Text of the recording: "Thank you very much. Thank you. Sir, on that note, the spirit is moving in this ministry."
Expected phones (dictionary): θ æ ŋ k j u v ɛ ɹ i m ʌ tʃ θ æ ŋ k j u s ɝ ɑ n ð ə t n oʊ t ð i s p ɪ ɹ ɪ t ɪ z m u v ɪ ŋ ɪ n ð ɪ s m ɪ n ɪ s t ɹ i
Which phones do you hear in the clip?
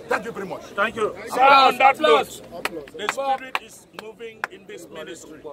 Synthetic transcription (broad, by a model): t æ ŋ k j u v ɛ ɹ i m ʌ tʃ t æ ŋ k j u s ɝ ɑ n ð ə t l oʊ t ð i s ɑ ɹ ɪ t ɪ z m u v ɪ ŋ ɪ n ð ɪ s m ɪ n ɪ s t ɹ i